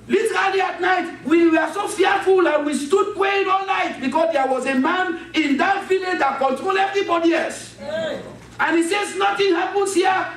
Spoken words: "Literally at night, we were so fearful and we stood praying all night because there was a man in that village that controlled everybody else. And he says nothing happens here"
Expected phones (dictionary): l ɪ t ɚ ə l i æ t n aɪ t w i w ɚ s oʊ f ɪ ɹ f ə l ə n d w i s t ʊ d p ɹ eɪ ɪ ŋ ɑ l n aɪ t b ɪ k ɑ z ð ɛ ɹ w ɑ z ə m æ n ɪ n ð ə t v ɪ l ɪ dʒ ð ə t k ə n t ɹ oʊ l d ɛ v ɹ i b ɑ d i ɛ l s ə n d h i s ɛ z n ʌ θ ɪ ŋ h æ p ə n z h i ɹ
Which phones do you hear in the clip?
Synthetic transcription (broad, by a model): l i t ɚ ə l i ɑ t n aɪ t w i w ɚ s oʊ f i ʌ f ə l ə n w i s t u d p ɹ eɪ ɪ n ɑ l l aɪ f b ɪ k ɑ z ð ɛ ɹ w ɑ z ə m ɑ n ɪ n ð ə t v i l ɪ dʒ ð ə t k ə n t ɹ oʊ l ɛ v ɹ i b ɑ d i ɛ s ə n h i s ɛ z n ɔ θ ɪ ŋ h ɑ p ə n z h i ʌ